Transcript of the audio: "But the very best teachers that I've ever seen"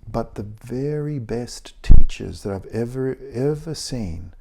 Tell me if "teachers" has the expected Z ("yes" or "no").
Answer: yes